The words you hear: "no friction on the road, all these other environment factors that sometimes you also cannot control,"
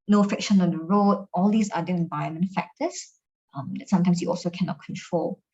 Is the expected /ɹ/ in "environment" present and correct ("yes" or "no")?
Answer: no